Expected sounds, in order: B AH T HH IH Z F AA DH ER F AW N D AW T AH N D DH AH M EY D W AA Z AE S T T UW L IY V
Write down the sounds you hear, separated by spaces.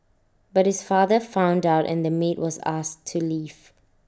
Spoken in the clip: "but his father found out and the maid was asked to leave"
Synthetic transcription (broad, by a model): B AH T HH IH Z F AA DH ER F AW N D AW T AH N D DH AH M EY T W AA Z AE S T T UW L IY V